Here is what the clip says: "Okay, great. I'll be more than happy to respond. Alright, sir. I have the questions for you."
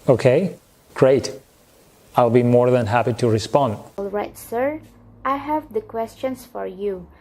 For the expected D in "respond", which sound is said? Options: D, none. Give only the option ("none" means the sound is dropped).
D